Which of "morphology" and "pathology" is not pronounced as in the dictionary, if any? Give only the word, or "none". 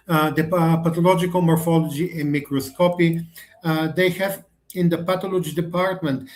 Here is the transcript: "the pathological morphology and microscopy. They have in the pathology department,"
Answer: pathology